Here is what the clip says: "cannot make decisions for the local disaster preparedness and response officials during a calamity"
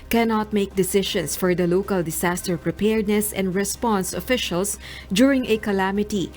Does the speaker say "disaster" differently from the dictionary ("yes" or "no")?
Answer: yes